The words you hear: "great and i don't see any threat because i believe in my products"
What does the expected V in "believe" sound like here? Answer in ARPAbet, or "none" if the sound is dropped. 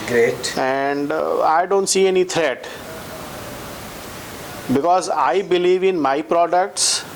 V